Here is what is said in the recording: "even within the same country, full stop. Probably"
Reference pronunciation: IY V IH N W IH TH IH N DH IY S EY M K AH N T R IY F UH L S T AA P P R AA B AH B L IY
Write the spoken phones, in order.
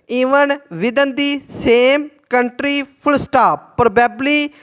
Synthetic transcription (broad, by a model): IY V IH N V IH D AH N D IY S EY M K AH N T R IY P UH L S T AA P P R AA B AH B L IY